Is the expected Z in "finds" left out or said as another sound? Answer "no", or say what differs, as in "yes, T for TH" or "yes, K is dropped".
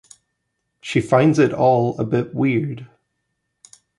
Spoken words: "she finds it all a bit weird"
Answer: no